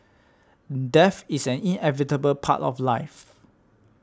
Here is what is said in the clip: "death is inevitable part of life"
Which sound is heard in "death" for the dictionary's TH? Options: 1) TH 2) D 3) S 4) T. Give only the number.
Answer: 3